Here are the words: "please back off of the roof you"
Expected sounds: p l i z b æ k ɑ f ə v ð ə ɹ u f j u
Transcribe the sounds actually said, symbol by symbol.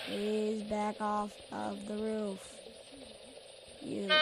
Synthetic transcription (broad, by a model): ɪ z b æ k ɑ f ə v ð ə ɹ u f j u